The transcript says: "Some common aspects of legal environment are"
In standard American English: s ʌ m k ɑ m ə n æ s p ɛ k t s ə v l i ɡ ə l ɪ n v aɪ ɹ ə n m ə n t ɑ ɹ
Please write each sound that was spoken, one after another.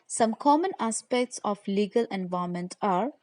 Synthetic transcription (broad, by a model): s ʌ m k ɑ m ə n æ s p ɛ k t s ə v l i ɡ ə l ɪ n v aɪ ə m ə n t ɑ ɹ